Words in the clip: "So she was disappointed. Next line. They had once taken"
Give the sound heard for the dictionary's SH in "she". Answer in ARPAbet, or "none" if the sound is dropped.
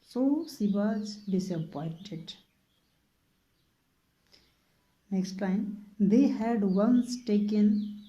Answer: S